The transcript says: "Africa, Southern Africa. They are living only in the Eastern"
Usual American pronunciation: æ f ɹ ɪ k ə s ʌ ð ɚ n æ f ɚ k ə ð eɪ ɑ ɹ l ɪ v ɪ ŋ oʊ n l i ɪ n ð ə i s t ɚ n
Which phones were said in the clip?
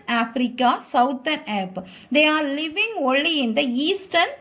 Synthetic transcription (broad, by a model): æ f ɹ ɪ k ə s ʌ ʊ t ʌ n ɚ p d eɪ ɑ ɹ l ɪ v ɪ ŋ oʊ n l i ɪ n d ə i s t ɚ n